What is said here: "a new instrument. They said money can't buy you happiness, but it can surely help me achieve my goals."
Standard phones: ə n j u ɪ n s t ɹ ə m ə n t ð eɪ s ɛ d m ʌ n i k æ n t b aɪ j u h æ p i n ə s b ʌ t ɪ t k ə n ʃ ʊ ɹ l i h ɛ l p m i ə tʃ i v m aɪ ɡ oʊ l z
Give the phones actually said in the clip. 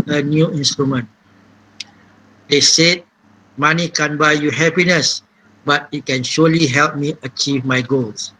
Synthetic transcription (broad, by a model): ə n j u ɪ n s t ɹ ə m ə n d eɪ s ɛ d m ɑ n i k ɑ n b aɪ j u h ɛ p i n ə s b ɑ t ɪ t k ə n ʃ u l i h ɛ l p m i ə tʃ i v m aɪ ɡ oʊ l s